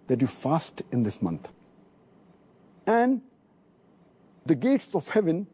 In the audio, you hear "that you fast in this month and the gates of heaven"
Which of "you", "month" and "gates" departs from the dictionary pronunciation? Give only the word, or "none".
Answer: month